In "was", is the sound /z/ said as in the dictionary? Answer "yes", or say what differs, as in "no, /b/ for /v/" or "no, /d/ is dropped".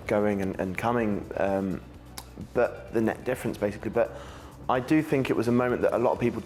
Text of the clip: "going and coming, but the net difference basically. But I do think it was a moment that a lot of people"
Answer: yes